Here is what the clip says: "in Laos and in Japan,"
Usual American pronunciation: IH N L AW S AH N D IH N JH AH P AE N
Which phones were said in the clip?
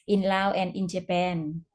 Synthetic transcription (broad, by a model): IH N L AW AH N D IH N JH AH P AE N